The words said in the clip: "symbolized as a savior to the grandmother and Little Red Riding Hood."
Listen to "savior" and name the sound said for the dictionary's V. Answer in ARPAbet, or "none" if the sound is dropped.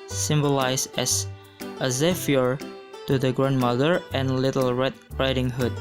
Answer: F